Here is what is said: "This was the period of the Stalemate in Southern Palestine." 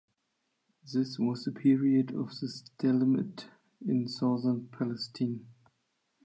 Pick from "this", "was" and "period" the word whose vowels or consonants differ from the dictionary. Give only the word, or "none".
none